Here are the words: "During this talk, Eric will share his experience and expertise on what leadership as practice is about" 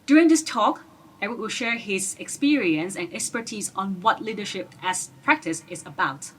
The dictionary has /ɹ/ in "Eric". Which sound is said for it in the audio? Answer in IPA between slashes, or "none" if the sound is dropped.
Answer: /w/